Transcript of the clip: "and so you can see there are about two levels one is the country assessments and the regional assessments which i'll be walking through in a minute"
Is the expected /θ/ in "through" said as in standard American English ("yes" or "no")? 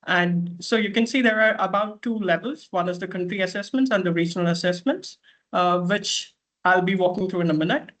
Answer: no